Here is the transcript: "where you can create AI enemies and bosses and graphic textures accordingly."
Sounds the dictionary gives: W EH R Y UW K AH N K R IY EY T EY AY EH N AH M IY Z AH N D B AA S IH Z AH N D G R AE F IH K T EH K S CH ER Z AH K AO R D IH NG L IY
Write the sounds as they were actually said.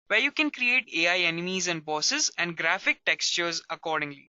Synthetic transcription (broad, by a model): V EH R Y UW K AH N K R IY EY T EY AY EH N AH M IY Z AH N D B AA S IH Z AH N D G R AE F IH K T EH K S CH ER Z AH K AO R D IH NG L IY